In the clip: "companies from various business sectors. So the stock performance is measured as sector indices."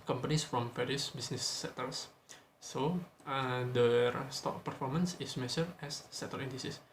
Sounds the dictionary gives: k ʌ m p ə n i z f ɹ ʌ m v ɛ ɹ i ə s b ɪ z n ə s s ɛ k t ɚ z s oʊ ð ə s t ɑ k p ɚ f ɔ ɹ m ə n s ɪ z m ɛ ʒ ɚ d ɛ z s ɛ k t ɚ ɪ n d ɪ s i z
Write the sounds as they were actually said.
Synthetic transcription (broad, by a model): k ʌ m p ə n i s f ɹ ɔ m f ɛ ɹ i s b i s n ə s s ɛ t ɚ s s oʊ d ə s t ɑ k p ɚ f ɔ ɹ m ə n s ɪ s m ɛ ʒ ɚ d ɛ s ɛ t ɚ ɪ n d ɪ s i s